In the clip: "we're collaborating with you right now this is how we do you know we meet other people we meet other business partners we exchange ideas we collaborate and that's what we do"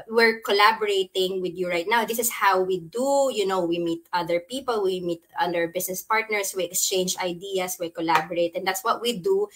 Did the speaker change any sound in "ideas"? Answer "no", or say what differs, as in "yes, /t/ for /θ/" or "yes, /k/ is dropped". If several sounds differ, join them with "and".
yes, /s/ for /z/